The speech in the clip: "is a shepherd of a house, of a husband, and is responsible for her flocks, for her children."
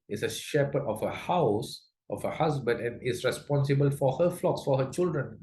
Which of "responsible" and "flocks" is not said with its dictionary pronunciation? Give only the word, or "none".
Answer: none